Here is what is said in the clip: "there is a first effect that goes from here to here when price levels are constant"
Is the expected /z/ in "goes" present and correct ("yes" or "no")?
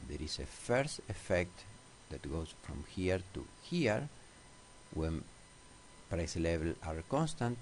no